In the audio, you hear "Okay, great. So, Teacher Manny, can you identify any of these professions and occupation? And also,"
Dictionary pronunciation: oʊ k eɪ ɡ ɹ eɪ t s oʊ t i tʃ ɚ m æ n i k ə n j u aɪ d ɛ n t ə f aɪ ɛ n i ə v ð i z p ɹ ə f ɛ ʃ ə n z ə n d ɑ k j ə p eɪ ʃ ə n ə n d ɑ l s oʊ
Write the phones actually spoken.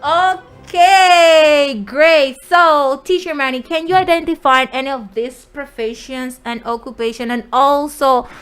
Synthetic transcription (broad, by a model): oʊ k eɪ ɡ ɹ eɪ t s oʊ t i tʃ ɚ m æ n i k ə n j u aɪ d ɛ n t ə f aɪ ɛ n i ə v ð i s p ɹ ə f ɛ ʃ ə n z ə n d ɑ k j ə p eɪ ʃ ə n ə n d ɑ l s oʊ